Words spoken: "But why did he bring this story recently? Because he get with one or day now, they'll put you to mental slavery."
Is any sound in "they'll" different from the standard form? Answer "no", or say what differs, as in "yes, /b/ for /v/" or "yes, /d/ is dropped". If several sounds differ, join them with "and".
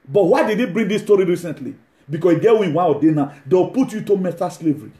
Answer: yes, /w/ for /l/